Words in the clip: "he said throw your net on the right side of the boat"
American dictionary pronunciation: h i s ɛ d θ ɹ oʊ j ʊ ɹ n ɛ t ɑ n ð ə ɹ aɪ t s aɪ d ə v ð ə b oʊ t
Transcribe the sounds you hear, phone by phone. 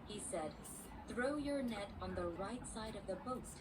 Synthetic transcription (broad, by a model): h i s ɛ d θ ɹ oʊ j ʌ ɹ n ɛ t n ð ə ɹ aɪ t s aɪ d ə v ð ə b oʊ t